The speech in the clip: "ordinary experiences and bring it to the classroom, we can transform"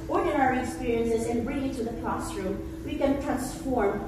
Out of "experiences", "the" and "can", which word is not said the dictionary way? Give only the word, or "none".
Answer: none